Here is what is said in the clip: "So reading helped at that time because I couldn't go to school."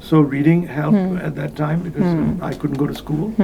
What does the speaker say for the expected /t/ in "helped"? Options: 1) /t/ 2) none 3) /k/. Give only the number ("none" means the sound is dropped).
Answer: 2